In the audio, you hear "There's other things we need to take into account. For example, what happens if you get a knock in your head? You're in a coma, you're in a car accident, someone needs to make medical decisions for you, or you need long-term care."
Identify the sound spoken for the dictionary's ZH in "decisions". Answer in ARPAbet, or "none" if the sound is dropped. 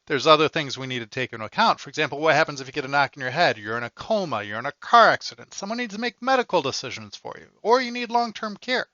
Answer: ZH